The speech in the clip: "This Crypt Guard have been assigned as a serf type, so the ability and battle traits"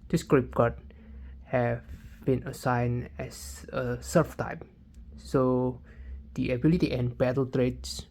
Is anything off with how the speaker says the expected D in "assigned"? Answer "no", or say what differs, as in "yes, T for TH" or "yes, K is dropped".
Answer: yes, D is dropped